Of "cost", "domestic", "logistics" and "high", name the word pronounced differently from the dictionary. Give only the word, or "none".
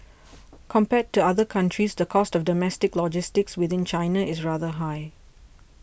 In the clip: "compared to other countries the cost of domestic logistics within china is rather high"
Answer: none